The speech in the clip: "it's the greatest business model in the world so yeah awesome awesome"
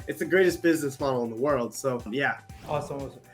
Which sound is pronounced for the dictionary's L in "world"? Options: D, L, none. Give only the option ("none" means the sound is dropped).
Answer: L